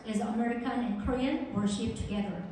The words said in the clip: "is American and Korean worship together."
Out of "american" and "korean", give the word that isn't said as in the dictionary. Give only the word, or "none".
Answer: none